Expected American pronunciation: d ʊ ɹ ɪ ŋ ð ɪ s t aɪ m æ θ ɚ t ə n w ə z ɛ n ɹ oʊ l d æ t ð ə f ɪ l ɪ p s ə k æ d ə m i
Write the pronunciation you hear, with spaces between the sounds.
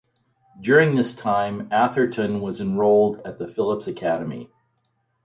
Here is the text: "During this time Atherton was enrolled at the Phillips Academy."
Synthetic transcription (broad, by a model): d ʊ ɹ ɪ ŋ ð ɪ s t aɪ m æ θ ɚ t ə n w ə z ɛ n ɹ oʊ l d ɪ t ð ə f ɪ l ɪ p s ə k æ d ə m i